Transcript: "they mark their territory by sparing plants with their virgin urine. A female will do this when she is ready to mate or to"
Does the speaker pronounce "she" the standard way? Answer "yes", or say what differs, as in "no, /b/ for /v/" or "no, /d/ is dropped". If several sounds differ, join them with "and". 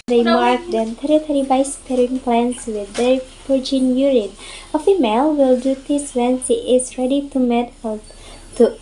no, /s/ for /ʃ/